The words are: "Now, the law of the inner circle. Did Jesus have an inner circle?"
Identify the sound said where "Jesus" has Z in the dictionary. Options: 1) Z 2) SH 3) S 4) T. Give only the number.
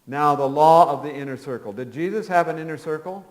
1